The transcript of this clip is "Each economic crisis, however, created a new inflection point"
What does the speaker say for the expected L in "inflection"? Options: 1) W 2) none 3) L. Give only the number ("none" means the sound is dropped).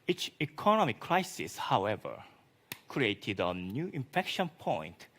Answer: 2